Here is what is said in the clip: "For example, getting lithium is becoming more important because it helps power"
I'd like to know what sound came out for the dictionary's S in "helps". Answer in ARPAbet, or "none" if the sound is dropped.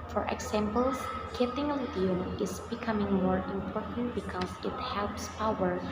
S